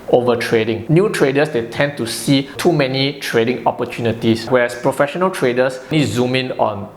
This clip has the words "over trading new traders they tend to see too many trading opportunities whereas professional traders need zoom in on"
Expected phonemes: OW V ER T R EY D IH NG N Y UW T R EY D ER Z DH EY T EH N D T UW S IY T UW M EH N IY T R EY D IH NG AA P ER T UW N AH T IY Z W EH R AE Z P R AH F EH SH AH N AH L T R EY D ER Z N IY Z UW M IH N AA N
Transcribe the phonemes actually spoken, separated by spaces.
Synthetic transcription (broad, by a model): OW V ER T R EY D IH NG N Y UW T R EY D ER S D EY T EH N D T UW S IY T UW M EH N IY T R EY D IH NG AA P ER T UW N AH T IY S W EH R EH S P R AH F EH SH AH N AH L T R EY D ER S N IY Z UW M IH N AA N